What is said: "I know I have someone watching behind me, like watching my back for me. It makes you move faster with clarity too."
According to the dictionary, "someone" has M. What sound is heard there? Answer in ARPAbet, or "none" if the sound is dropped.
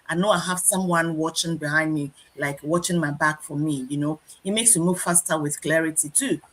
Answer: M